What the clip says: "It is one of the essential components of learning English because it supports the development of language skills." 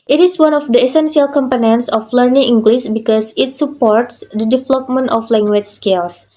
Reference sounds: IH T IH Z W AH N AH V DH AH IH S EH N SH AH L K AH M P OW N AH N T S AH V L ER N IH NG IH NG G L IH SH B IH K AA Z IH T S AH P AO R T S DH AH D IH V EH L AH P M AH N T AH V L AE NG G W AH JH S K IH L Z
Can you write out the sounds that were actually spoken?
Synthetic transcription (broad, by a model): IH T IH S W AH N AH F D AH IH S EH N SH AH L K AH M P OW N AH N T S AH F L ER N IH NG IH NG G L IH S B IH K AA S IH T S AH P AO R T S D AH D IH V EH L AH P M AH N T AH F L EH NG G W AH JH S K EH L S